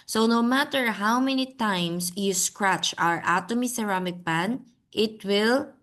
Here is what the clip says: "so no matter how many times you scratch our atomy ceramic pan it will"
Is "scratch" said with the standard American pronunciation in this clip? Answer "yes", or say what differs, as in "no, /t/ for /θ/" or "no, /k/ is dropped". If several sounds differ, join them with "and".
yes